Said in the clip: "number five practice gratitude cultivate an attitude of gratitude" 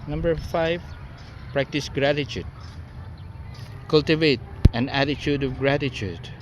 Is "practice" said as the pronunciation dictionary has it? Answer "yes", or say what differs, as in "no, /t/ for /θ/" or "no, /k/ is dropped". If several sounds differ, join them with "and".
yes